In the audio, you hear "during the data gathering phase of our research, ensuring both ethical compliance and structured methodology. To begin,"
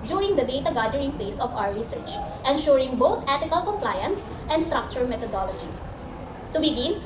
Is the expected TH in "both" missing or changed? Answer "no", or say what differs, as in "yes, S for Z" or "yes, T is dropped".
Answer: yes, T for TH